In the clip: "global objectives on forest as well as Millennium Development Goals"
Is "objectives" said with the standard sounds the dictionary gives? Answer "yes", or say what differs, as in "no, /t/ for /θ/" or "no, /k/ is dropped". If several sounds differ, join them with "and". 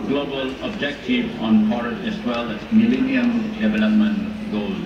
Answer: no, /z/ is dropped